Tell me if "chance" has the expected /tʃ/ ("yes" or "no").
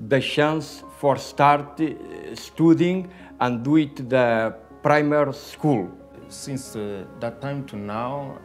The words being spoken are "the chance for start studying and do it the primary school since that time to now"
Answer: no